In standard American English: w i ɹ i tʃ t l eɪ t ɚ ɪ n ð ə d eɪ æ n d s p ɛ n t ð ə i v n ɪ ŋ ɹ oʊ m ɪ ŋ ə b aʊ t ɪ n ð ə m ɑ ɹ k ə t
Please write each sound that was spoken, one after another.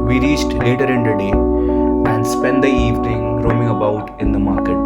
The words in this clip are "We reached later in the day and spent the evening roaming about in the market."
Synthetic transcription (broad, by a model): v i ɹ i tʃ t l eɪ t ɚ ɪ n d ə d eɪ æ n d s p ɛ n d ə i v n ɪ ŋ ɹ oʊ m ɪ ŋ ə b aʊ t ɪ n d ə m ɑ ɹ k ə t